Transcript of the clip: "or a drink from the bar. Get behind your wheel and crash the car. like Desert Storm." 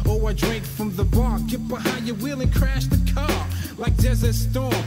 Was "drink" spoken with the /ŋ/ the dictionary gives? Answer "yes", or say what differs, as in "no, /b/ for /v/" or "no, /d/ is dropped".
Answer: yes